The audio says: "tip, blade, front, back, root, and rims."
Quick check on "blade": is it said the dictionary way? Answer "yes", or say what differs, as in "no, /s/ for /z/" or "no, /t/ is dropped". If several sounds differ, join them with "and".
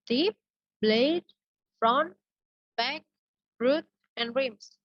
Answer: yes